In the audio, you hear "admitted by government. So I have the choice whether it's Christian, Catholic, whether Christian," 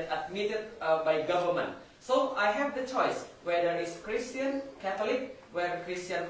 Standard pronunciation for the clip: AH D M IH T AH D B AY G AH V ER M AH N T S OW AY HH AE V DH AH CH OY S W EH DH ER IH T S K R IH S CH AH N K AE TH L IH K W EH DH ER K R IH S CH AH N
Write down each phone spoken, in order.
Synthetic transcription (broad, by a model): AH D M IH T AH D B AY G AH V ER M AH N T S OW AY HH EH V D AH CH OY S W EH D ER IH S K R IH S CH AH N K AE T L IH K W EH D K R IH S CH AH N